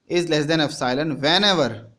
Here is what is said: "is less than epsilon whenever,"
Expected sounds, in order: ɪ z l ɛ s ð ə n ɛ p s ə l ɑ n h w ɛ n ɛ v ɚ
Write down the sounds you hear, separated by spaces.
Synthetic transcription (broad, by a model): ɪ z l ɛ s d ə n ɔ f s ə l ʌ n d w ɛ n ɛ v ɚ